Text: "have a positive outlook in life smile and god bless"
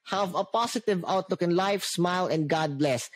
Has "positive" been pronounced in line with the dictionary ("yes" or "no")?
no